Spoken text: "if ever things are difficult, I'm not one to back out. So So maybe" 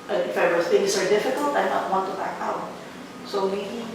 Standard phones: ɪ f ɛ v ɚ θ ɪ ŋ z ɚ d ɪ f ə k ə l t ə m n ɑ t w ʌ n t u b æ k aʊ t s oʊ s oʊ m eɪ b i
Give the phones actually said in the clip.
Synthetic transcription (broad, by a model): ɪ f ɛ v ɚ s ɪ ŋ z ɚ d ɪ f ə k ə l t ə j n ɑ t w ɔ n t u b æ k aʊ t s s oʊ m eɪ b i